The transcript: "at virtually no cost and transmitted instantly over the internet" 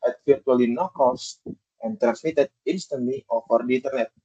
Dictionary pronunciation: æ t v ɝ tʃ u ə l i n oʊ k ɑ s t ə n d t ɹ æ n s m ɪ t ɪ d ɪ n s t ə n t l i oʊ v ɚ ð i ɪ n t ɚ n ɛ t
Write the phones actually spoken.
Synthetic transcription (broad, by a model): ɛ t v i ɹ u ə l i n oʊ k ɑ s t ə n t ɹ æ n s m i t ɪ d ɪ n s t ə n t l i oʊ f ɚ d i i n t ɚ n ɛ t